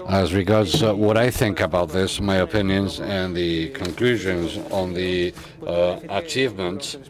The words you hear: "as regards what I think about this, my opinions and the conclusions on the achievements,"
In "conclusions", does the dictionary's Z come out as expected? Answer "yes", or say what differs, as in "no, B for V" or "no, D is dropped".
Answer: yes